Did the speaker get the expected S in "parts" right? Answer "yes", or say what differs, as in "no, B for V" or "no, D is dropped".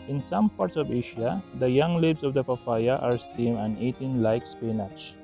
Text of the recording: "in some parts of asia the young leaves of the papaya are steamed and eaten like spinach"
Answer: yes